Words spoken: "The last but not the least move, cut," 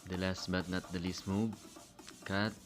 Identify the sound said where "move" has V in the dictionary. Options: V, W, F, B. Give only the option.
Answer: B